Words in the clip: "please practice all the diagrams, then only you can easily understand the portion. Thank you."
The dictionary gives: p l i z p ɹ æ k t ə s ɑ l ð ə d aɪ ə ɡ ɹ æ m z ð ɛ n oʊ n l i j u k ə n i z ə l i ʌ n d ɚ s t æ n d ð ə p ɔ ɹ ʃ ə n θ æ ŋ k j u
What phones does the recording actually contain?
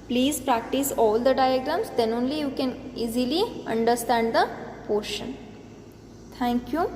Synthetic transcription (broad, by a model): p l i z p ɹ æ k t ə s ɑ l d ə d aɪ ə ɡ ɹ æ m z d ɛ n oʊ n l i j u k ə n i z ə l i ʌ n d ɚ s t æ n d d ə p ɔ ɹ ʃ ə n t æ ŋ k j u